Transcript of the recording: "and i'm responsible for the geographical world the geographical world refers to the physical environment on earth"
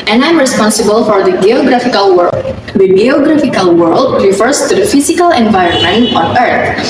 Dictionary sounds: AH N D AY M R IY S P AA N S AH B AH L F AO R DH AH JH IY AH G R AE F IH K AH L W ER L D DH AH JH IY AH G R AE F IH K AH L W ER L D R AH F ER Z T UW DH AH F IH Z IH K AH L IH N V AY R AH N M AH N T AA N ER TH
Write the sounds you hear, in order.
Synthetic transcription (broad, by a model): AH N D AY M R IY S P AA N S AH B AH L F AO R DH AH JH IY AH G R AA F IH K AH L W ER D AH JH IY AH G R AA F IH K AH L W ER L D R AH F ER S T UW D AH F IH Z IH K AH L IH N V AY R AH N M AH N T AA N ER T